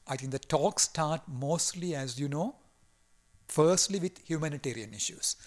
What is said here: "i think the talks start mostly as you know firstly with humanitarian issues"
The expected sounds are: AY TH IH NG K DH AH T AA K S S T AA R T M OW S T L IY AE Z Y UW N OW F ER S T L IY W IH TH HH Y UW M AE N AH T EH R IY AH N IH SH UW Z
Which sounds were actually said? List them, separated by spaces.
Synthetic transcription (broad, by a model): AY T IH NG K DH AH T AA K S S T AA R T M OW S T L IY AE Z Y UW N OW F ER S T L IY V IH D HH Y UW M AE N AH T EH R IY AH N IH SH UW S